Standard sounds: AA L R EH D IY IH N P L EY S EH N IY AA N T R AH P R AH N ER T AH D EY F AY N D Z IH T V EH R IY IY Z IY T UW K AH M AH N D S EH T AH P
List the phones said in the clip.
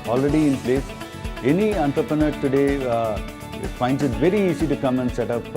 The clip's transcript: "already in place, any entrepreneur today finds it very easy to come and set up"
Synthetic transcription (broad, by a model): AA L R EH D IY IH N P L EY S EH N IY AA N T R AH P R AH N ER T AH D EY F AY N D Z IH T V EH R IY IY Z IY T UW K AH M AH N D S EH T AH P